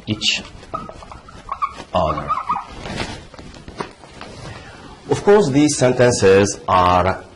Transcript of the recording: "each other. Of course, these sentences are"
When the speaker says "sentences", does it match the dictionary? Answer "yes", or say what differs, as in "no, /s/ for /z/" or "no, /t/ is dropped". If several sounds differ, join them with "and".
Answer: yes